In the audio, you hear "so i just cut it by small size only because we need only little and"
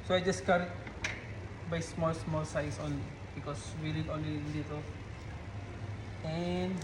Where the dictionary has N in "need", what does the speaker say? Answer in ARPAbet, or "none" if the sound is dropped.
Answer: L